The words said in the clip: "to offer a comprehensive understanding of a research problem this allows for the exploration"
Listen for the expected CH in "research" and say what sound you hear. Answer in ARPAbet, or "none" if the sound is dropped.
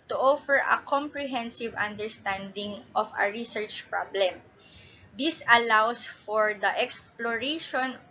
CH